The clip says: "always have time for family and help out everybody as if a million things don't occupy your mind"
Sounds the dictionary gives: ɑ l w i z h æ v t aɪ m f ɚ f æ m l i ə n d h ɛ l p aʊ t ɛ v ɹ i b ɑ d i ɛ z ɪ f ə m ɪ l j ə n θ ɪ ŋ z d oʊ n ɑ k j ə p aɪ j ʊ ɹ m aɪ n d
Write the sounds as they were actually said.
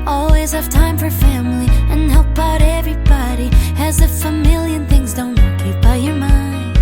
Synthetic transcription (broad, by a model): ɑ l w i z h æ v t aɪ m f ɚ f æ m l i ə n h ɛ l p aʊ t ɛ v ɹ i b ɑ d i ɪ z ɪ f ə m ɪ l j ə n θ ɪ ŋ z d oʊ n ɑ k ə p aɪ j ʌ ɹ m aɪ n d